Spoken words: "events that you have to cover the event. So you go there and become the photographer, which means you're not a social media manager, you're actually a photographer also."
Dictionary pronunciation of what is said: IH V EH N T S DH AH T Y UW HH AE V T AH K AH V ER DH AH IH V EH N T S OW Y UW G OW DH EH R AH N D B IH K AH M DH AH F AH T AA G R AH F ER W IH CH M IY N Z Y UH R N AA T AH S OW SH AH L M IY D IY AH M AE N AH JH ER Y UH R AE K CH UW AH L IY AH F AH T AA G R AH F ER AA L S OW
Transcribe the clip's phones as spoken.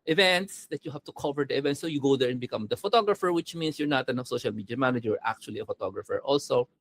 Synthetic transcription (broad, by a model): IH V EH N T S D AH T Y UW HH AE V T AH K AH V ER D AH IH V EH N T S OW Y UW G OW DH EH R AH N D B IH K AH M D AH F AH T AA G R AH F ER W IH CH M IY N S Y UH R N AA T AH S OW SH AH L M IY D IY AH M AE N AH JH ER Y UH R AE K CH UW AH L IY AH F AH T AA G R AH F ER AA L S OW